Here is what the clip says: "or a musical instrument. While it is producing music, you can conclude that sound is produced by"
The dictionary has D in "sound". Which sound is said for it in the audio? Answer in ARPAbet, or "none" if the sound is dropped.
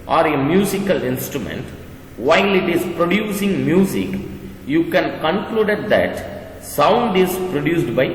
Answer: D